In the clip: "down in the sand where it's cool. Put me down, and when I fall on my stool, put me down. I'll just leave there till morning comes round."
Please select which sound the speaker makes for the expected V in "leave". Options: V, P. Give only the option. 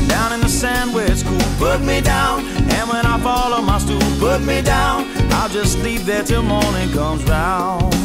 P